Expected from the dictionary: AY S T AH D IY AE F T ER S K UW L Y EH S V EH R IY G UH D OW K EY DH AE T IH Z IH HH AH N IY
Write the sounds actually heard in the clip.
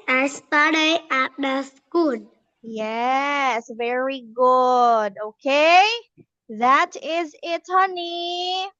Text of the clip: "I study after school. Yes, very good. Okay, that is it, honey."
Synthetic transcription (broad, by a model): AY S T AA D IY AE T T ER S K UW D Y EH S V EH R IY G UH D OW K EY DH AE T IH Z IH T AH N IY